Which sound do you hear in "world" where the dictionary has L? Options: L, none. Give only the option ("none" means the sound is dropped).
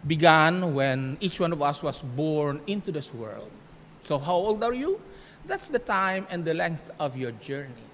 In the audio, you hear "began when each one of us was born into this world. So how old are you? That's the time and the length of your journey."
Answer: L